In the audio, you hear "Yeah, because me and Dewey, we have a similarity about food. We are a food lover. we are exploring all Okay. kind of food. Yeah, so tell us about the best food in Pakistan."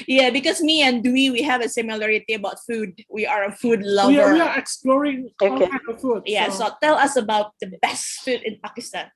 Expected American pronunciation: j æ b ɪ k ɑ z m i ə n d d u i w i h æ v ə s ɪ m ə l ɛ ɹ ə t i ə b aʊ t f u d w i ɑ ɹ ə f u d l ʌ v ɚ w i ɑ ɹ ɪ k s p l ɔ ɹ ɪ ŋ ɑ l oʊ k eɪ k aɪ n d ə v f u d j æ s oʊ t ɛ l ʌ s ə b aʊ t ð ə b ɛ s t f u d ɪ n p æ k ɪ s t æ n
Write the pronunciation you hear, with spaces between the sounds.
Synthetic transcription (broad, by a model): j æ b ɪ k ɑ s m i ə n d d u i w i h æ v ə s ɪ m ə l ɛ ɹ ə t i ə b aʊ t f u d w i ɑ ɹ ə f u d l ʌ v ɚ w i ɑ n ɪ k s p l ɔ ɹ ɪ ŋ oʊ k eɪ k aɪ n ə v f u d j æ s oʊ t ɛ l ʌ s ə b aʊ t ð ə b ɛ s t f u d ɪ n p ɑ k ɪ s t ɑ n